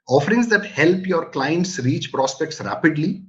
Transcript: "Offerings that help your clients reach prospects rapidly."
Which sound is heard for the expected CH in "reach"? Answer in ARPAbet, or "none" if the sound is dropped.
CH